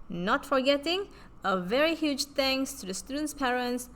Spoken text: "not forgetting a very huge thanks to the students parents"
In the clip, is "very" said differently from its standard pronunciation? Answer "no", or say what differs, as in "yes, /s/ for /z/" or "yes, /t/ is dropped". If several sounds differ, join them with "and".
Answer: no